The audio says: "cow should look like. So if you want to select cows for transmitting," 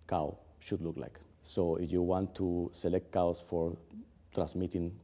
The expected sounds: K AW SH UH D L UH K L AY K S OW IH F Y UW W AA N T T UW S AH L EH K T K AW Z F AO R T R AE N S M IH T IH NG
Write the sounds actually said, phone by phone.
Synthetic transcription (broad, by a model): K AW SH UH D L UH K L AY K S OW IH F Y UW W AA N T T UW S AH L EH K T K AW S F AO R T R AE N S M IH T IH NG